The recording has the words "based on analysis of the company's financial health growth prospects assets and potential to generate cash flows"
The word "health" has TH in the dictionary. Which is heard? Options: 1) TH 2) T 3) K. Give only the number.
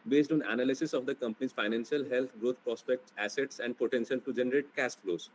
2